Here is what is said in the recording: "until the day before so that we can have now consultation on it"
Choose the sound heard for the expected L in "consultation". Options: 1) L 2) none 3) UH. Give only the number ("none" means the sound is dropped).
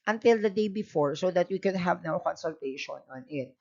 1